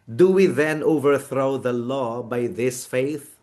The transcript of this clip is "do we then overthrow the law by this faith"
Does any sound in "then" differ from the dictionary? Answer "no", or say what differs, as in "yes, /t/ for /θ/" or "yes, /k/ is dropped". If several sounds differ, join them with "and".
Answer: no